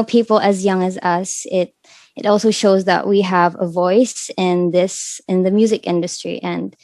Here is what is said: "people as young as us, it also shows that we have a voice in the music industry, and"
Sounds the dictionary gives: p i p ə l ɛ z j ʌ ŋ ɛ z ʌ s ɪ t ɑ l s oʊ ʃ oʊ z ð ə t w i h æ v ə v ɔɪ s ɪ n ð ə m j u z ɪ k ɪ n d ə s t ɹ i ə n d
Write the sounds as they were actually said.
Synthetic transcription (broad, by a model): p i p l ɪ z j ʌ ŋ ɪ z ʌ s ɪ t ɑ l s oʊ ʃ oʊ z ð ə t w i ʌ v ə v ɔɪ s ɪ n ð ə m j u z ɪ k ɪ n d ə s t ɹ i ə n